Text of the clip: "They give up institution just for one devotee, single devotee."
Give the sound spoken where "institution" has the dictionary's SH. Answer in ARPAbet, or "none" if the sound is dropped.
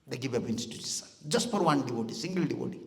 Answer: S